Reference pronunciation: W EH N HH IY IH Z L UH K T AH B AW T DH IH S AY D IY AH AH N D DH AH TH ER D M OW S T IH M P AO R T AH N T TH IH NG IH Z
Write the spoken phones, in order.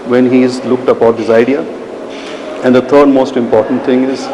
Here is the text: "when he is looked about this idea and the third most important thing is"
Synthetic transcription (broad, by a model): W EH N HH IY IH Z L UH K T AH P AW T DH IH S AY D IY AH AH N D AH T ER D M OW S T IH M P AO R T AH N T T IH NG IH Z